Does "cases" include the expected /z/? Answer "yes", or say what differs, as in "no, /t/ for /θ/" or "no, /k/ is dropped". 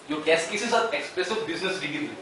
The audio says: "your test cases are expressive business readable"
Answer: no, /s/ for /z/